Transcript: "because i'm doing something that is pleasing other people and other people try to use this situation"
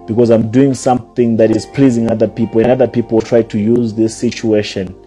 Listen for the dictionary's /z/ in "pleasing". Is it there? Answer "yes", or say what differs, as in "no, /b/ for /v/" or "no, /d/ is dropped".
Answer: yes